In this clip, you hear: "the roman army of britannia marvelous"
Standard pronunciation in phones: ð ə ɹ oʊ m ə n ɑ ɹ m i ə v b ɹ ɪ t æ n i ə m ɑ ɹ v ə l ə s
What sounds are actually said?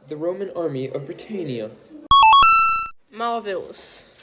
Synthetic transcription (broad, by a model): ð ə ɹ oʊ m ə n ɑ ɹ m i ə v b ɹ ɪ t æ n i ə m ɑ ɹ v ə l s